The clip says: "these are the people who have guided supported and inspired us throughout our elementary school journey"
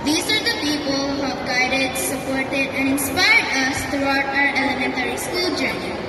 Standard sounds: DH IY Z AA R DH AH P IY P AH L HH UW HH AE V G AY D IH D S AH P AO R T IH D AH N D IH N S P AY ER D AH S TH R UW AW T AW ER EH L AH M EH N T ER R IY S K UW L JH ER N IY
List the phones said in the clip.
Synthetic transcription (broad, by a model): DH IY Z AA R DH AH P IY P AH L HH UW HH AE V G AY D IH D S AH P AO R T IH D AH N D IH N S P AY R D AH S T R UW AW T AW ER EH L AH M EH N T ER R IY S K UW L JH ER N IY